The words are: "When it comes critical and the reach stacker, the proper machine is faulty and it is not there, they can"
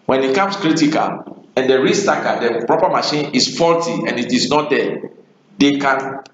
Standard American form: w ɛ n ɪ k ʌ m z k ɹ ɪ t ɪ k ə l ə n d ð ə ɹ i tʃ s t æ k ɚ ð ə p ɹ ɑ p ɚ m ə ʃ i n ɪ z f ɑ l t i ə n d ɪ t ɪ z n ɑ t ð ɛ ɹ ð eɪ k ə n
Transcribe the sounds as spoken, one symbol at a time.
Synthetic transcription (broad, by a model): w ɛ n ɪ k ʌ m s k ɹ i t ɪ k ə l ə n d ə ɹ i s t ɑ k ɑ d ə p ɹ ɑ p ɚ m ə ʃ i n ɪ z f ɑ l t i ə n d ɪ t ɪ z n ɑ t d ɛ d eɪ k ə n